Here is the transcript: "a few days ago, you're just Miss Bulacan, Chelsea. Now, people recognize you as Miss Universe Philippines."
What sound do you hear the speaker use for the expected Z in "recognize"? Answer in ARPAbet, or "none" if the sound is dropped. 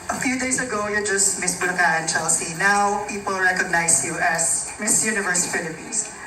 S